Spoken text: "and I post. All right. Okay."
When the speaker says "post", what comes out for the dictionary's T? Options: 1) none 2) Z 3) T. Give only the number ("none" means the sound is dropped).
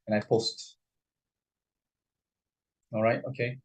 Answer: 3